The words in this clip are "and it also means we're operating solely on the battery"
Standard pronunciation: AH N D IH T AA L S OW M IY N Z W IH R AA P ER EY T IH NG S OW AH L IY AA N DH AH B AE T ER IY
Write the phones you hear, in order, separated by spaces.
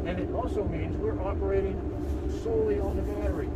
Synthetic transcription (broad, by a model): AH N IH T AA L S OW M IY N Z W IH R AA P ER EY T IH NG S OW AH L IY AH N DH AH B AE T ER IY